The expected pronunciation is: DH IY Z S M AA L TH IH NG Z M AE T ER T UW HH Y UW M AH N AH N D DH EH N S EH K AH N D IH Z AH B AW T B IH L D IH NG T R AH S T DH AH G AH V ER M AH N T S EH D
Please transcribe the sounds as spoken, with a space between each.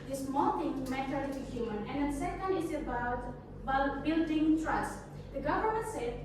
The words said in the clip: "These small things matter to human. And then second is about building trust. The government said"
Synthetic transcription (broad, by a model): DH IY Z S M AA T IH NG M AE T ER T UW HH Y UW M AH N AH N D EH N S EH K AH N D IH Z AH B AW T B IH L D IH NG T R AH S T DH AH G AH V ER M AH N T S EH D